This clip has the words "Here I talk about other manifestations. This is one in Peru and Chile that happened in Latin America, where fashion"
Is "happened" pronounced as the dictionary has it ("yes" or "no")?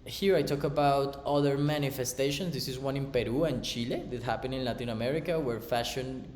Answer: no